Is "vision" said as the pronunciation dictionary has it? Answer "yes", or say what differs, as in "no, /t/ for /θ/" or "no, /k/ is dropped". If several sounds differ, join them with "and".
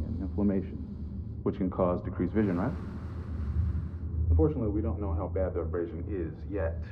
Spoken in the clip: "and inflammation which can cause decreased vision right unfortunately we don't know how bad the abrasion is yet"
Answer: yes